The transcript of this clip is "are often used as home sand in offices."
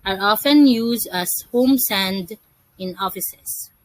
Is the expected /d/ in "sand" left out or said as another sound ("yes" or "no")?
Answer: no